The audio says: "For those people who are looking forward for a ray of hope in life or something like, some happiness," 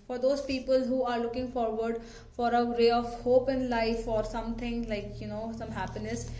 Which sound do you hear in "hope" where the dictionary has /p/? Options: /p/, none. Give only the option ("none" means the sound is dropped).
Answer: /p/